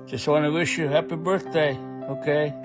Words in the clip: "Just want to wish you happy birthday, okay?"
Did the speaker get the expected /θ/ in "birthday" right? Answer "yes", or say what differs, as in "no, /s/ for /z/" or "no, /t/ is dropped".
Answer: yes